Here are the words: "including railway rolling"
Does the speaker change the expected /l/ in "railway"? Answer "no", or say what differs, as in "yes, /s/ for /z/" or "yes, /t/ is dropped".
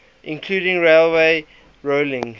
no